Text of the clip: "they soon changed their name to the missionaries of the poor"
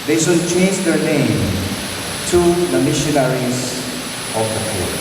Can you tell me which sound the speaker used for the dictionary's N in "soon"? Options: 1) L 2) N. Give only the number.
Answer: 1